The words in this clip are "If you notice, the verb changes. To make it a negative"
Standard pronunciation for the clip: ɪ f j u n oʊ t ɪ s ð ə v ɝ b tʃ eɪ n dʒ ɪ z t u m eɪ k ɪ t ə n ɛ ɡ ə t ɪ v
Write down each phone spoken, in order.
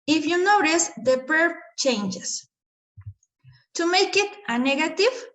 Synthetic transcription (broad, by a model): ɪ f j u n oʊ t ɪ s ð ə p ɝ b tʃ eɪ n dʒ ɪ s t u m eɪ k ɪ t ə n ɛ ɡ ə t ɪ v